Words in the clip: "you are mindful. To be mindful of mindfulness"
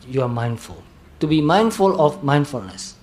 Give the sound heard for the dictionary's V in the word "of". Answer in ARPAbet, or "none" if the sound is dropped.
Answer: F